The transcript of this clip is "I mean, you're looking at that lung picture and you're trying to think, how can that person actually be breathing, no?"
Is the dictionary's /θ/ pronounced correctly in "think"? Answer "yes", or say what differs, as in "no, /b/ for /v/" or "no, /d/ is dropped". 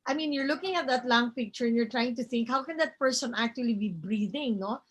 yes